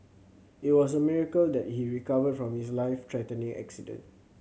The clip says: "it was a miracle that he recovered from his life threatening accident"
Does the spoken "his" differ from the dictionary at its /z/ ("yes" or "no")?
yes